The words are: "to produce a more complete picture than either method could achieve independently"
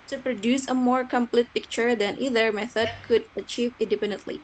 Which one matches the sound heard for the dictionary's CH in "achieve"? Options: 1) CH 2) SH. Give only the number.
1